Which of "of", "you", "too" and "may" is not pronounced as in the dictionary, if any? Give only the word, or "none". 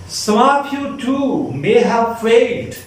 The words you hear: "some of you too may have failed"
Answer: of